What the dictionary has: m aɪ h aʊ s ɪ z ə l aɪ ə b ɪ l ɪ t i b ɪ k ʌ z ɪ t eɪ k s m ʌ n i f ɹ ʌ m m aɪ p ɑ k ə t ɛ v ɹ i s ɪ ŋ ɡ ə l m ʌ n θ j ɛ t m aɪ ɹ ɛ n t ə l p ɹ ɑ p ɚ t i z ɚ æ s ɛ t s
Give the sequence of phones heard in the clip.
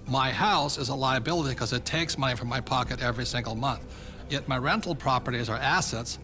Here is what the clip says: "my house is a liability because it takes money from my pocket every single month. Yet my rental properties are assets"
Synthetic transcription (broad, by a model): m aɪ h aʊ s ɪ z ə l aɪ ə b ɪ l ɪ t i k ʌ z ɪ t eɪ k s m ʌ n i f ɹ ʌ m m aɪ p ɑ k ə t ɛ v ɹ i s ɪ ŋ ɡ l m ʌ n θ j ɛ t m aɪ ɹ ɛ n t l p ɹ ɑ p ɚ t i z ɚ æ s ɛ t s